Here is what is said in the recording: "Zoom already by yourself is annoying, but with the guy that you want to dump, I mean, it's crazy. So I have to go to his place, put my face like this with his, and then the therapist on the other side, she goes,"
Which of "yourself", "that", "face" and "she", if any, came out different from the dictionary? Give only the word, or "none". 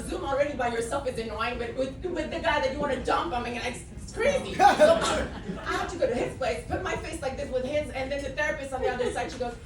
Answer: none